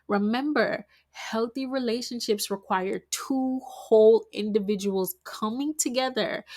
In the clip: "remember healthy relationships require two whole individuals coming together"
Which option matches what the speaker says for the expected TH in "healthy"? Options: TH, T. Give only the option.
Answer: TH